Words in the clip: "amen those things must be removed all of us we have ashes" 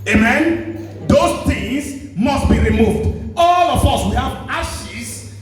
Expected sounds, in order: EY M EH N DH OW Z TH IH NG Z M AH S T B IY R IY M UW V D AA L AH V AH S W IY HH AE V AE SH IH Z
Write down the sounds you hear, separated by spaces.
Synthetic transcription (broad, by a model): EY M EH N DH OW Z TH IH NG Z M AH S T B IY R IY M UW V D AA L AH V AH S W IY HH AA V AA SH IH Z